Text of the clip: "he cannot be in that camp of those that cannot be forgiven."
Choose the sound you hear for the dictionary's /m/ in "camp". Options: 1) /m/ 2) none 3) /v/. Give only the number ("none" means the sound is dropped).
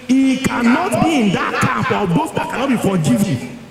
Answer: 2